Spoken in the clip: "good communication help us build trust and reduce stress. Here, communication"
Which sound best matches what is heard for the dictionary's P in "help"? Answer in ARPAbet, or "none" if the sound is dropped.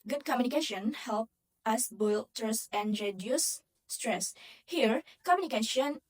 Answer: P